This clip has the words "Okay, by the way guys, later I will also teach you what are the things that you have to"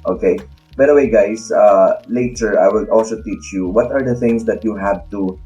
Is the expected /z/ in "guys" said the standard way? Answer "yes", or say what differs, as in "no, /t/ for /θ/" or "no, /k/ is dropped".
no, /s/ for /z/